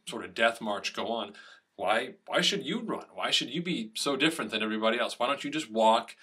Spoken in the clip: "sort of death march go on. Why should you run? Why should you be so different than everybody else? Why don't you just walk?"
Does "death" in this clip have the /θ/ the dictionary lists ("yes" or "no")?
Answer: yes